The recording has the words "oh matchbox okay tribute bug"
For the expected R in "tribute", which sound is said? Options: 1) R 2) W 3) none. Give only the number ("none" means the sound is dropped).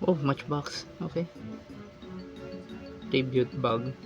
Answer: 3